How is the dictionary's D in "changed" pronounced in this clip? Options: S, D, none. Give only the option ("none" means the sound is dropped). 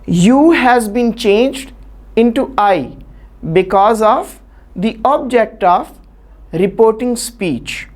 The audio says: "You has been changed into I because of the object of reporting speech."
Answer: D